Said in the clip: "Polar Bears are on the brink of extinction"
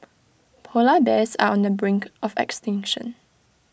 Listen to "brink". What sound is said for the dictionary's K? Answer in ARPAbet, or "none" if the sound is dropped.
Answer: K